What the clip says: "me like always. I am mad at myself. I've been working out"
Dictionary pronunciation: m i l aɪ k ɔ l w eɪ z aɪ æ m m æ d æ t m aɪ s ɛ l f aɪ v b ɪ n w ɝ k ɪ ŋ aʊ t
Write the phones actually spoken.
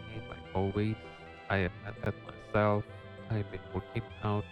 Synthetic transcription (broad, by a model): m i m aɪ ɔ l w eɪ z aɪ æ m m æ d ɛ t m aɪ s ɛ l f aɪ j b ɪ n w ɝ k ɪ ŋ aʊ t